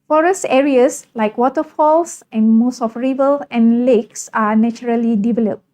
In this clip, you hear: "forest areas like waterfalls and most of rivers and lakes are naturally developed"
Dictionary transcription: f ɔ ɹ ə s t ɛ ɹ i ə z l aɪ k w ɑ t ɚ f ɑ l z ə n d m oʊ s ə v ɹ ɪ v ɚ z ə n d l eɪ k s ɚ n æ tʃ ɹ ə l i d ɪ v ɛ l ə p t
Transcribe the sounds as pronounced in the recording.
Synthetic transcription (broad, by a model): f ɔ ɹ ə s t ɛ ɹ i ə s l aɪ k w ɑ t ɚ f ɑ l s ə n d m oʊ s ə f ɹ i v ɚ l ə n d l eɪ k s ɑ n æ tʃ ɹ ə l i d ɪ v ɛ l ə p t